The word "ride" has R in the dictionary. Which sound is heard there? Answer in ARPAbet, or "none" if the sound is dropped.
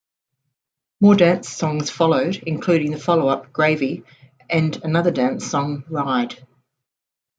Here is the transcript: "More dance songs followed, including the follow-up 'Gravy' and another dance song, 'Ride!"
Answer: R